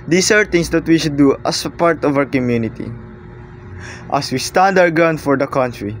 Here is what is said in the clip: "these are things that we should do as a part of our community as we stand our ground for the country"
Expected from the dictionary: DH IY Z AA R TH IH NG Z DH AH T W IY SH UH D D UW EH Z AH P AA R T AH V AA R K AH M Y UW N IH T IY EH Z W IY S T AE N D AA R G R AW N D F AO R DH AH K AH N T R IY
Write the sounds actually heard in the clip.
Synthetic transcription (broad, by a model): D IY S AA R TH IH NG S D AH T W IY SH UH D D UW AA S P AA R T AH V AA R K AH M Y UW N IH T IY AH S W IY S T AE N D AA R G AW N F AO R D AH K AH N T R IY